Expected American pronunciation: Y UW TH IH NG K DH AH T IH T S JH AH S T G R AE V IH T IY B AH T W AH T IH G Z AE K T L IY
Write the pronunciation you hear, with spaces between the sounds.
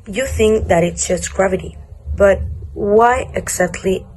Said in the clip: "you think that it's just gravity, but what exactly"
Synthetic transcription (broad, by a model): Y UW TH IH NG K DH AH T IH T S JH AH S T G R AE V IH T IY B AH T W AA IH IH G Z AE K T L IY